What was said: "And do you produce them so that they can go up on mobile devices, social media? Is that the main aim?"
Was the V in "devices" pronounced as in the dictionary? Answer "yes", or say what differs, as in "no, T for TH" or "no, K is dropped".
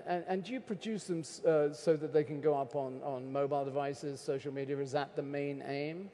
yes